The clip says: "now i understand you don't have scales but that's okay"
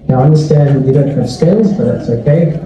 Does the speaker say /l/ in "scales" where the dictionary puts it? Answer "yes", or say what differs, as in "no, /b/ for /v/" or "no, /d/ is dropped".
no, /n/ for /l/